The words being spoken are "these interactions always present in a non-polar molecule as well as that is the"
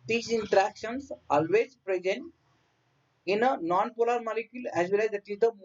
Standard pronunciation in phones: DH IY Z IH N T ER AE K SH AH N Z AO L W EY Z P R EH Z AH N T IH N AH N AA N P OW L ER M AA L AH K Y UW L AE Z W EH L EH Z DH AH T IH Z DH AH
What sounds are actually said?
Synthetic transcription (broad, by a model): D IY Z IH N T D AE K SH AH N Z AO L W EY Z P R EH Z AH N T IH N AH N AA N P OW L ER M AA L AH K Y UW L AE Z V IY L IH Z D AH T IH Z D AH